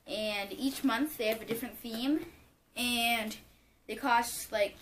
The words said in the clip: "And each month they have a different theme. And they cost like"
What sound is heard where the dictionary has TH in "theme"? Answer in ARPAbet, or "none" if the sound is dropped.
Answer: TH